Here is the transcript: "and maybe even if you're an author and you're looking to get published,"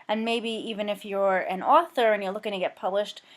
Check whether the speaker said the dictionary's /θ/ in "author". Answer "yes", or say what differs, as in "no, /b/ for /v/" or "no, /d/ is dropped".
yes